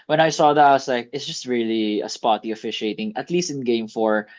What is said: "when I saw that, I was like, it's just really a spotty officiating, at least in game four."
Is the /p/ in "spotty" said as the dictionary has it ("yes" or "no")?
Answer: yes